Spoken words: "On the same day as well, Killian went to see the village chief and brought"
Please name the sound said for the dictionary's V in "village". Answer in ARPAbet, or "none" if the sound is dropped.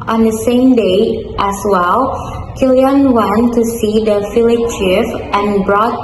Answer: F